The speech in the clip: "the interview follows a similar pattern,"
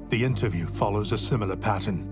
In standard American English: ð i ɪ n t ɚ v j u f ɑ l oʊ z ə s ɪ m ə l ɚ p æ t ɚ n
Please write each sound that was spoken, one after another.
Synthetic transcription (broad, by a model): ð i ɪ n t ɚ v j u f ɑ l oʊ z ə s ɪ m l ɚ p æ t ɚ n